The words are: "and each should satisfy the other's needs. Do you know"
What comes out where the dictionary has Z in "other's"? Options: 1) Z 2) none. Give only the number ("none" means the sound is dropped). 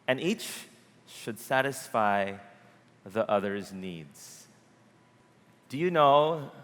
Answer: 1